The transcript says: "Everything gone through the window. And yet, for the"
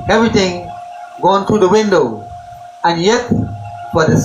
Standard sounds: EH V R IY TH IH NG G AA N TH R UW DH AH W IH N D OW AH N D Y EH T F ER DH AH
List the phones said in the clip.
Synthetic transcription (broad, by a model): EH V R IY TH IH NG G AA N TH R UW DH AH W IH N D OW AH N Y EH T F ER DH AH